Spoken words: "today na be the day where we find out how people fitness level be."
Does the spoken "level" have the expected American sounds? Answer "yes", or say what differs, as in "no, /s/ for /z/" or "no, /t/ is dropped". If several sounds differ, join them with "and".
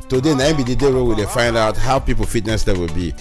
no, /w/ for /v/